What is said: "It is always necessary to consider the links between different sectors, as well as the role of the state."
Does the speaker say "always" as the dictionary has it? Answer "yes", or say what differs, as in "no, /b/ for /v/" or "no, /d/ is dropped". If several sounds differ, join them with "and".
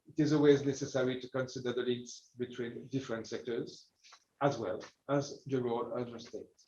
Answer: yes